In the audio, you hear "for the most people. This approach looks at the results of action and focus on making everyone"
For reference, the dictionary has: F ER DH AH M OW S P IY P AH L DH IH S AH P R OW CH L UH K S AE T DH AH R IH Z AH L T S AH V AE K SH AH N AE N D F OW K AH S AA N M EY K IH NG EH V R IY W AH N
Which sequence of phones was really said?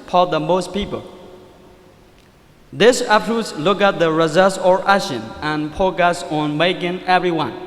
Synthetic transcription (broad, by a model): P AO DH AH M OW S P IY P AH L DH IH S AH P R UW S L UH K AE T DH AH R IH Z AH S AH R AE SH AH N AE N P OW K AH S AA N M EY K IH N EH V R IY W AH N